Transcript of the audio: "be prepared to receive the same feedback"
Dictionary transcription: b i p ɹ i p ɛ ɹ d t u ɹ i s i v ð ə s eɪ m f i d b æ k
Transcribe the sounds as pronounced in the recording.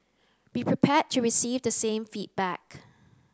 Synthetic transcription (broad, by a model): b i p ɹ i p ɛ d t u ɹ i s i v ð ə s eɪ m f i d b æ k